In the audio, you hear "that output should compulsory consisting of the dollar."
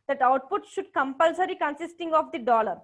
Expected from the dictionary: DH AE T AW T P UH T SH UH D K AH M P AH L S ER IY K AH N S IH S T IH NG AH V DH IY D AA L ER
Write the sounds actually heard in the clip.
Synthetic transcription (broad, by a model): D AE T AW T P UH T SH UH D K AH M P AH L S ER IY K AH N S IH S T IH NG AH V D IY D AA L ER